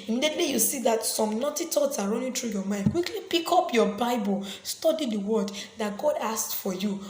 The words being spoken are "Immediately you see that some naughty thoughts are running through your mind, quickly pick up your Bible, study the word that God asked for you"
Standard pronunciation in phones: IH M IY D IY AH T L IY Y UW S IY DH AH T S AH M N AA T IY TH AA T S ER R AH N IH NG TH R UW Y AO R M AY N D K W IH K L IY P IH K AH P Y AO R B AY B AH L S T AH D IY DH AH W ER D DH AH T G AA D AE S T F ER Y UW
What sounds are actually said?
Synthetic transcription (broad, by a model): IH M IY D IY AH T L IY Y UW S IY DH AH T S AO M N AA T IY T AA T S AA R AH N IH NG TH R UW Y AO M AY N D K W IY K L IY P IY K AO P Y AO B AY B AH L S T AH D IY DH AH W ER D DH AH T G AA D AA S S F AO Y UW